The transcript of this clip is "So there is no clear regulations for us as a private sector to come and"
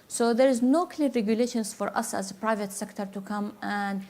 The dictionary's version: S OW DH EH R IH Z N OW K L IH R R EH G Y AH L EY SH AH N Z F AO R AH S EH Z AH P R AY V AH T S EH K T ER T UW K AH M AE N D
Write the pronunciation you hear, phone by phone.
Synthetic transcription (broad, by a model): S OW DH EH R IH Z N OW K L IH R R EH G Y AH L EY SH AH N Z F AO R AH S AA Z AH P R AY V AH T S EH K T ER T UW K AH M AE N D